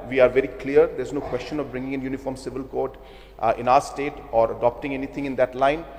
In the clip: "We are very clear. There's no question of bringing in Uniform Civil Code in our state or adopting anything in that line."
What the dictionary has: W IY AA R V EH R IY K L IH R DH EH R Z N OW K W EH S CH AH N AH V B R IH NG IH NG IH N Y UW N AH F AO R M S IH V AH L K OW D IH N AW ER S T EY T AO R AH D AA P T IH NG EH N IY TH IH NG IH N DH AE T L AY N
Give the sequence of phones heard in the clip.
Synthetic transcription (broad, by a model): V IY AA R V EH R IY K L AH R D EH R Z N OW K W EH S CH AH N AH V B R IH NG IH NG IH N Y UW N AH F AO R M S IH V AH L K OW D IH N AW ER S T EY T AO R AH D AA P T IH NG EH N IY T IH NG IH N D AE T L AY N